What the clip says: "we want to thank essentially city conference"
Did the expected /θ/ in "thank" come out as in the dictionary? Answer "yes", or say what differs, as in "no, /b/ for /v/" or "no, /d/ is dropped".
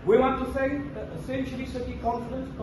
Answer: no, /s/ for /θ/